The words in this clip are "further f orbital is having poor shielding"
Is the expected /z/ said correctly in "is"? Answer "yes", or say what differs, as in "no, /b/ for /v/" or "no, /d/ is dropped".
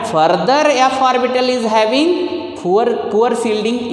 yes